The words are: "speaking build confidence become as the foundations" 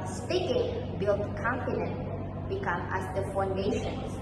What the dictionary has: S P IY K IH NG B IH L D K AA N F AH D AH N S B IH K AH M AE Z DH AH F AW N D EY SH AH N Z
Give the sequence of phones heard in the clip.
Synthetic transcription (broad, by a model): S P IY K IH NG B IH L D K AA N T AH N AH N B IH K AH M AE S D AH F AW N D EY SH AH N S